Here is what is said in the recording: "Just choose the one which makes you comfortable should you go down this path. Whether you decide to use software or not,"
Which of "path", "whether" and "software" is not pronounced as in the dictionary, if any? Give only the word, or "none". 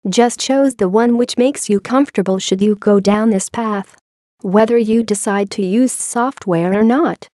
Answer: none